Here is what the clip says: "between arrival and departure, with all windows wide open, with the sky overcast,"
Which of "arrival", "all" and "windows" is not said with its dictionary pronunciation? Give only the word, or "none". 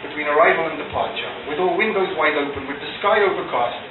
none